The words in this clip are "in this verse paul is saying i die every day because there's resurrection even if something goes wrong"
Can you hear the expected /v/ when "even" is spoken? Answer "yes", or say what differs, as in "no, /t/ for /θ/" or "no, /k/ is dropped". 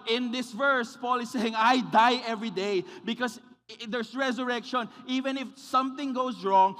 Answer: yes